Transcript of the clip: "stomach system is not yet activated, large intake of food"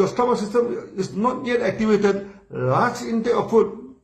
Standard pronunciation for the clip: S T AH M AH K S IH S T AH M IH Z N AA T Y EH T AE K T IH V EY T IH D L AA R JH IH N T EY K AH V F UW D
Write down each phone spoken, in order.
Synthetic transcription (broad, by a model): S T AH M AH S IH S T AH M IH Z N AA T Y EH T AE K T IH V EY T IH D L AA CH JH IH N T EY AH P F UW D